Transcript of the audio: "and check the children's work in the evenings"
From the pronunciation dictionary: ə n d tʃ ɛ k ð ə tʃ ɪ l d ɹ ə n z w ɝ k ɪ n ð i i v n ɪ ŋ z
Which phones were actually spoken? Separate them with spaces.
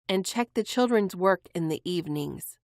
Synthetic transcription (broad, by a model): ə n tʃ ɛ k ð ə tʃ ɪ l d ɹ ə n z w ɝ k ɪ n ð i i v n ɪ ŋ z